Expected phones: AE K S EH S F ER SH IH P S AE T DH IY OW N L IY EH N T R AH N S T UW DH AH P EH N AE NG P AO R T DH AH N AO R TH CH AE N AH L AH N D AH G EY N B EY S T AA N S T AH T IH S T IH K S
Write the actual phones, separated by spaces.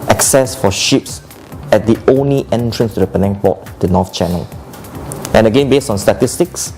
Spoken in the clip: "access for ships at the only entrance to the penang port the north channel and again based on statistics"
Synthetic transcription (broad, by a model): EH K S EH S F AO SH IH P S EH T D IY OW N L IY EH N T R AH N S T UW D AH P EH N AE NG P AO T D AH N AO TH CH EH N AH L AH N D AH G EY N B EY S T AA N S T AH T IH S T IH K S